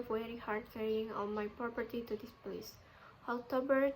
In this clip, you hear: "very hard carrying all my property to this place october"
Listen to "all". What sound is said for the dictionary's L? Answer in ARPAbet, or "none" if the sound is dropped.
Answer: N